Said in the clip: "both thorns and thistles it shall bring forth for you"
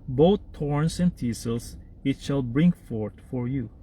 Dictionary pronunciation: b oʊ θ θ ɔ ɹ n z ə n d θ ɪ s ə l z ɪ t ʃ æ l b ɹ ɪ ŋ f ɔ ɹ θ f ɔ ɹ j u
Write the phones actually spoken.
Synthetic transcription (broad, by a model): b oʊ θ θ ɔ ɹ n s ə n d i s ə l s ɪ t ʃ æ l b ɹ ɪ ŋ f ɔ ɹ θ f ɔ ɹ j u